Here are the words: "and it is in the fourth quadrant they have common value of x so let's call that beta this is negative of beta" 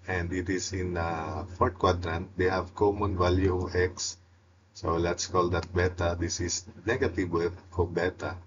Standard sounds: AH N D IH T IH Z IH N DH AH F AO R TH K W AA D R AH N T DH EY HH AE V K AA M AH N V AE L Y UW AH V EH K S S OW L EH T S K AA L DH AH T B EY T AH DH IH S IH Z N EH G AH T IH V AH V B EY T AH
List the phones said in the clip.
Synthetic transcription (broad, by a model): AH N D IH T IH S IH N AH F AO R T K W AA D R AH N T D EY HH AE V K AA M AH N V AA L Y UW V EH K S S OW L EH T S K AA L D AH T B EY T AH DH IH S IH S N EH G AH T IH W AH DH B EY T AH